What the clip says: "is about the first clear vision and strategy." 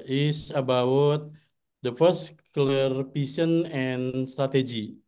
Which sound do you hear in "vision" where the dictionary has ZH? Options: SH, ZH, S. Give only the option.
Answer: S